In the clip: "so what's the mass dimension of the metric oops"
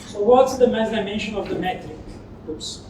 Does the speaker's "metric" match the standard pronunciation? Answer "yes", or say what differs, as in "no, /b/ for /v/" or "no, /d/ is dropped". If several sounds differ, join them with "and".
no, /ɹ/ is dropped